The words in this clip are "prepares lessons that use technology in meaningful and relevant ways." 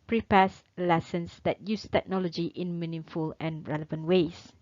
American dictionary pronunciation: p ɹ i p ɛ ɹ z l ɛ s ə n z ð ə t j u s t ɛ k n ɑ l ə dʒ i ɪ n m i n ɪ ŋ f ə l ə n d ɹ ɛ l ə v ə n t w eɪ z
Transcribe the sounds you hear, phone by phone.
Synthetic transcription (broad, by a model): p ɹ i p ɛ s l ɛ s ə n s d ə t j u s t ɛ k n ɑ l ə dʒ i ɪ n m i n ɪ f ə l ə n ɹ ɛ l ə v ə n t w eɪ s